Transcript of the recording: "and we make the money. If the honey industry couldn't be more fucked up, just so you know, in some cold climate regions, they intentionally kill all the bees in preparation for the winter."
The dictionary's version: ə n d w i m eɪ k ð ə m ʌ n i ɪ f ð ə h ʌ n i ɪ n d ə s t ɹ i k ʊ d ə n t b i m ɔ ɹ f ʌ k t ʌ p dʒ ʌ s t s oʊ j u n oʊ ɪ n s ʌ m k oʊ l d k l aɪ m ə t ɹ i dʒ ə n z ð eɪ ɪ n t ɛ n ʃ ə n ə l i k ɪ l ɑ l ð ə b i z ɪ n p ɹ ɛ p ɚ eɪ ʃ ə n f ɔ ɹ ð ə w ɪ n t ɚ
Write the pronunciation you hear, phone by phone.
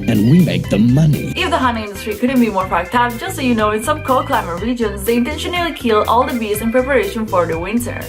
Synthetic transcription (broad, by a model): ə n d w i m eɪ k ð ə m ʌ n i ɪ f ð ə h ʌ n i ɪ n d ə s t ɹ i k ʊ d ə n t b i m ɔ ɹ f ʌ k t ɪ f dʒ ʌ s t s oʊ j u n oʊ ɪ n s ʌ m k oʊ k l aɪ m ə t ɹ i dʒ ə n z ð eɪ ɪ n t ɛ n ʃ ə n ə l i k ɪ l ɑ l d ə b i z ɪ n p ɹ ɛ p ɚ eɪ ʃ ə n f ɔ ɹ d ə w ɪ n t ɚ